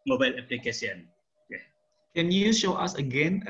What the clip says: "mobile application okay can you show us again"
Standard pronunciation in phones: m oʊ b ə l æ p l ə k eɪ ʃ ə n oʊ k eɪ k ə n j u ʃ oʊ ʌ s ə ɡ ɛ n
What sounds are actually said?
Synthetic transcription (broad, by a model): m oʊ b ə l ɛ p l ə k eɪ s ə n oʊ k eɪ k ə n j u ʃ oʊ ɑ s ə ɡ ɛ n